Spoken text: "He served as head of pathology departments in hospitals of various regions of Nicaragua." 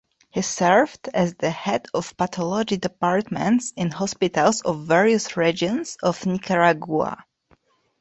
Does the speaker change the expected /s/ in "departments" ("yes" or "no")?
no